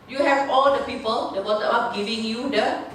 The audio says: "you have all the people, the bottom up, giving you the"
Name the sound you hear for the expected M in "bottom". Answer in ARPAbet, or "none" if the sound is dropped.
none